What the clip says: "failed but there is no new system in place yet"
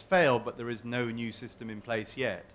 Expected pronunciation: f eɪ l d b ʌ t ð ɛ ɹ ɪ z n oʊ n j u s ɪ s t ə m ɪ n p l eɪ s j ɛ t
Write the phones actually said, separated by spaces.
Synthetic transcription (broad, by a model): f eɪ l d b ʌ t ð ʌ ɹ ɪ z n oʊ n j u s ɪ s t ə m ɪ n p l eɪ s j ɛ t